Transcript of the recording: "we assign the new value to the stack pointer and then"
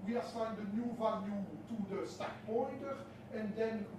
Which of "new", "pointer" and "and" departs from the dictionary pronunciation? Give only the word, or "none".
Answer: pointer